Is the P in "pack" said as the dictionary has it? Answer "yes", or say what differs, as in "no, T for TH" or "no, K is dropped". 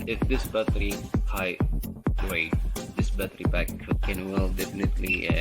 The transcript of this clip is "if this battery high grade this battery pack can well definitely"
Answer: no, B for P